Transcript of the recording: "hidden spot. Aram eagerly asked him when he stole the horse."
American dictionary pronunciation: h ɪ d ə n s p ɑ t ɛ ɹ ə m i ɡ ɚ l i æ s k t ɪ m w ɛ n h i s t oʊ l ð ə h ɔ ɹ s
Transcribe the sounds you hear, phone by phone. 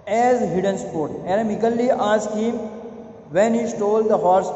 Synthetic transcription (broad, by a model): h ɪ d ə n s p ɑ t ɛ ɹ ə m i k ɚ l i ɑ s k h ɪ m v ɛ n h i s t oʊ l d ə h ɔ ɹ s